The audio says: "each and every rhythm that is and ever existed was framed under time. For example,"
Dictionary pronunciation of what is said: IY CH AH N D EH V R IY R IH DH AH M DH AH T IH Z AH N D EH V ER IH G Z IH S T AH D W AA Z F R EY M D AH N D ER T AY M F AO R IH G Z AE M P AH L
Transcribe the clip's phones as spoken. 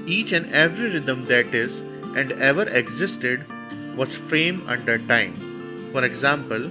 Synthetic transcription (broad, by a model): IY CH AH N D EH V R IY R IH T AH M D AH T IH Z AH N D EH V ER IH G Z IH S T AH D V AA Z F R EY M AH N D ER T AY M F AO R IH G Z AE M P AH L